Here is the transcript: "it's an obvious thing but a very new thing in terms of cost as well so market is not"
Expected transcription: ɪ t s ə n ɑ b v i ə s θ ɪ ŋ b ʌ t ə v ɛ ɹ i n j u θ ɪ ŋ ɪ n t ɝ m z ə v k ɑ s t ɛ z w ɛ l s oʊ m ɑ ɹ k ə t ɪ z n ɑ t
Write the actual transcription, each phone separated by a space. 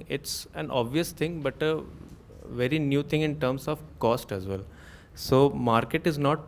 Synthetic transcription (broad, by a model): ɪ t s ə n ɑ b v i ə s t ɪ ŋ b ʌ t ə v ɛ ɹ i n j u t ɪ ŋ ɪ n t ɝ m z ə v k ɑ s t ɛ z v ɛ l s oʊ m ɑ ɹ k ə t ɪ z n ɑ t